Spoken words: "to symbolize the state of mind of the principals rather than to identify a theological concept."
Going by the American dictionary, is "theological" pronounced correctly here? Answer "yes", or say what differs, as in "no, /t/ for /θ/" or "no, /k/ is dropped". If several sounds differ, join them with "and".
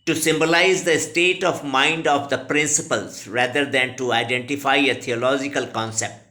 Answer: no, /t/ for /θ/